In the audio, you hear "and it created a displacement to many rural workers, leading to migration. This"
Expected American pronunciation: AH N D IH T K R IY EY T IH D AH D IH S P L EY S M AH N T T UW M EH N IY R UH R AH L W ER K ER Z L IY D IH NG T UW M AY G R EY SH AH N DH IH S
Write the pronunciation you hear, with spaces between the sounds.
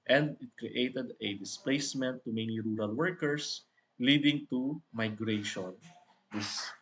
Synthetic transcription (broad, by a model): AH N D IH T K R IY EY T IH D AH D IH S P L EY S M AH N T T UW M EH N IY R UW R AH L W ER K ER S L IY D IH NG T UW M AY G R EY SH AH N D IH S